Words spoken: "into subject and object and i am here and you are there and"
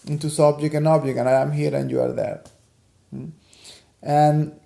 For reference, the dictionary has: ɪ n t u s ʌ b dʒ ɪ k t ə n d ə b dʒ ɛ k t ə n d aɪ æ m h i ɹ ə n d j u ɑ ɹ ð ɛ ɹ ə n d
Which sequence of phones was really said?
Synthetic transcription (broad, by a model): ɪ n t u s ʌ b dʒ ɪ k ə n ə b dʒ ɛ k ə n aɪ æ m h i ɹ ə n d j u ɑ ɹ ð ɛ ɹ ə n